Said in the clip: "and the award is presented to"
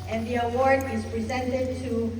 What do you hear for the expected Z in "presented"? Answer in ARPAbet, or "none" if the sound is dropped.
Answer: Z